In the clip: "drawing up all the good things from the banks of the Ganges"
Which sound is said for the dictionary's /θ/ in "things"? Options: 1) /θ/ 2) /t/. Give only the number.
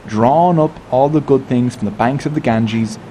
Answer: 1